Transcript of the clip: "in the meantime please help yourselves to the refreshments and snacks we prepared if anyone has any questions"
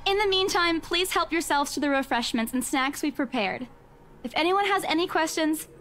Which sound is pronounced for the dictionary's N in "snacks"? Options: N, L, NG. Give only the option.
N